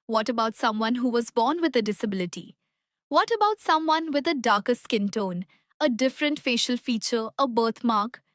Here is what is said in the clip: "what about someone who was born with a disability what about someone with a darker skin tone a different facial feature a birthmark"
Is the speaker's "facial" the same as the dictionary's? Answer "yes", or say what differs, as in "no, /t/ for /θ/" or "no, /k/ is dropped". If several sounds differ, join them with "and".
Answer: yes